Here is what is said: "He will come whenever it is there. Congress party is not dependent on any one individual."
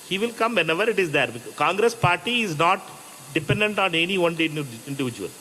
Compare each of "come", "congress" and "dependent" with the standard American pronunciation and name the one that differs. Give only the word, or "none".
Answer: none